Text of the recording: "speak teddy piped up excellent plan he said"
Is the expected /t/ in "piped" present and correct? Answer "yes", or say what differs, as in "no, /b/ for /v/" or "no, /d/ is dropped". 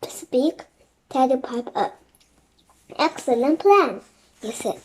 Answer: no, /t/ is dropped